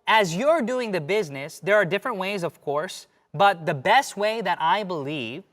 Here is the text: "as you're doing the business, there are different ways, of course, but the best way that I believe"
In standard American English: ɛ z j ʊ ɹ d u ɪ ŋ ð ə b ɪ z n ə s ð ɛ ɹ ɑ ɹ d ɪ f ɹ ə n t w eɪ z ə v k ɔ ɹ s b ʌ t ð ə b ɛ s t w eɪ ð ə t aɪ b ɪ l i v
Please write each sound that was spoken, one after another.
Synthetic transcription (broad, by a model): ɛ z j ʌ ɹ d u ɪ ŋ ð ə b ɪ z n ə s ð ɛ ɹ ɑ ɹ d ɪ f ɹ ə n t w eɪ z ə v k ɔ ɹ s b ʌ t ð ə b ɛ s t w eɪ ð ə t aɪ b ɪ l i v